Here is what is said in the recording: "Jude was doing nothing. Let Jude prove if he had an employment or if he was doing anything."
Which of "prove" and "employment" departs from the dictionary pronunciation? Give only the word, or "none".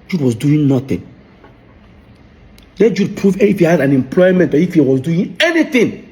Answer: none